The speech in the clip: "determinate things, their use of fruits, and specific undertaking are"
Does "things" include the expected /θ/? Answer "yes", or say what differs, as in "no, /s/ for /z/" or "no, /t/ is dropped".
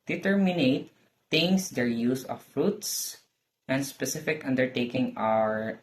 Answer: no, /t/ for /θ/